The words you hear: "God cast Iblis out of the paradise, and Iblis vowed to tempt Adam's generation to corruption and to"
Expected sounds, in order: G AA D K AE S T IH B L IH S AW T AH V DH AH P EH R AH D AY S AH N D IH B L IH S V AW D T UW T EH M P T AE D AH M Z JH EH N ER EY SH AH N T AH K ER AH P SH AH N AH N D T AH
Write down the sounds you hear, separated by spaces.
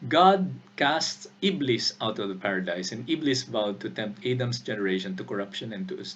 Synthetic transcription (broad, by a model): G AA D K AE S T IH B L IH S AW T AH V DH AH P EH R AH D AY S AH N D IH B L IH S V AW D T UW T EH M P T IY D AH M S JH EH N ER EY SH AH N T AH K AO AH P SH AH N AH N T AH